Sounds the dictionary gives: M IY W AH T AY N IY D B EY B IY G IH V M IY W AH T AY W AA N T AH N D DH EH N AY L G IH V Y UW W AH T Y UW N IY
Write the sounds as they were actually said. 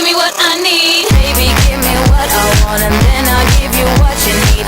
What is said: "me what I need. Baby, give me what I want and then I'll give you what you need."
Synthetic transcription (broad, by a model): M IY W AH T AY N IY D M EY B IY G IH V M IY W AH T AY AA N AH N DH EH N AY L G IH V Y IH W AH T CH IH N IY